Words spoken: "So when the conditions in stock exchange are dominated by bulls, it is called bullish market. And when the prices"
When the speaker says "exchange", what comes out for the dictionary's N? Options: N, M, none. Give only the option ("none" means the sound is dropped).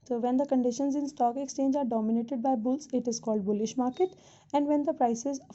N